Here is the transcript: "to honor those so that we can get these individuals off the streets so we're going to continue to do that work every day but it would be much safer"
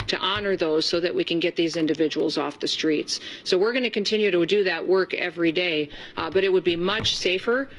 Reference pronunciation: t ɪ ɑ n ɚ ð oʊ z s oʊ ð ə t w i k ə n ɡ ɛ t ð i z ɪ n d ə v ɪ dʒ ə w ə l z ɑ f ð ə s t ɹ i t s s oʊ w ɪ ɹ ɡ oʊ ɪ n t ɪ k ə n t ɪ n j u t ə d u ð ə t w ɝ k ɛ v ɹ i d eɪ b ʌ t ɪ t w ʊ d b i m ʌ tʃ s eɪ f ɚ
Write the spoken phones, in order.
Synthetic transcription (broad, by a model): t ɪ ɑ n ɚ ð oʊ z s oʊ ð ə t w i k ə n ɡ ɛ t ð i z ɪ n d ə v ɪ dʒ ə w l z ɑ f ð ə s t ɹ i t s s oʊ w ɪ ɹ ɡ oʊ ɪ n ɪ k ə n t ɪ n j u t ə d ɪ ð ə t w ɝ k ɛ v ɹ i d eɪ b ʌ t ɪ t w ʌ d b i m ʌ tʃ s eɪ f ɚ